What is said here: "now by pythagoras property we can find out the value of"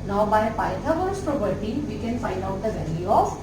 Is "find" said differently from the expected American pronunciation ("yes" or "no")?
no